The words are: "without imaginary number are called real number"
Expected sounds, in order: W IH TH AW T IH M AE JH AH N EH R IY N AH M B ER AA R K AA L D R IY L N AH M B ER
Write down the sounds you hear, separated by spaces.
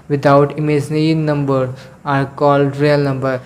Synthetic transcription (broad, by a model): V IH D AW T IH M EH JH N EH IY N AH M B ER AA R K AA L D R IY L N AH M B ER